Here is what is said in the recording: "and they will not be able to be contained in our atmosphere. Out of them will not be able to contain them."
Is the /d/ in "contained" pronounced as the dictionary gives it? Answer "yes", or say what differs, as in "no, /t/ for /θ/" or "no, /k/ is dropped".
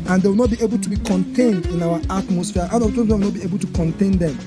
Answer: yes